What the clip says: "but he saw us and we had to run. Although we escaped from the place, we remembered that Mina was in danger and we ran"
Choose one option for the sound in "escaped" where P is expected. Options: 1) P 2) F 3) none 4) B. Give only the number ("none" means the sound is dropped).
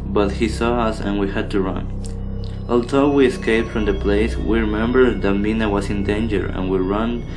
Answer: 1